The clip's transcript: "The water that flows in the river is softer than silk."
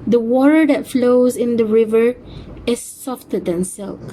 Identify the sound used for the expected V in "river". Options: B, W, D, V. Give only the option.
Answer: V